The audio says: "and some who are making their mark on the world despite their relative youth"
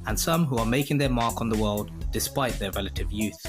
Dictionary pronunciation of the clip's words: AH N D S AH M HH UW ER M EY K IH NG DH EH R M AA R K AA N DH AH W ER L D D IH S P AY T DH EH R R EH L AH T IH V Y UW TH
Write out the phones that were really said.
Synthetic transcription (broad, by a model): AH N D S AH M HH UW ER M EY K IH NG DH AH R M AA R K N DH AH W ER L D D IH S P AY T DH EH R R EH L AH T IH V Y UW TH